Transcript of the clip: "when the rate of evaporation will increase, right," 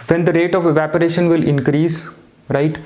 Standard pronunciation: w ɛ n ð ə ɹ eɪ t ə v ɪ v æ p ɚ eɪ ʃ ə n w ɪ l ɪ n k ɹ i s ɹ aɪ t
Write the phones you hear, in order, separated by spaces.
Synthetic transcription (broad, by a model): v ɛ n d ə ɹ eɪ t ə v ɪ v æ p ɚ eɪ ʃ ə n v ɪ l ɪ n k ɹ i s ɹ aɪ t